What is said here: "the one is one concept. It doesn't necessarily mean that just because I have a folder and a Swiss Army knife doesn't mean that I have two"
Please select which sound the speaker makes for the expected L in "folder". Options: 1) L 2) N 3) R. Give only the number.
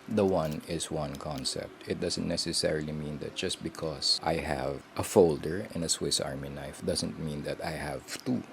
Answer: 1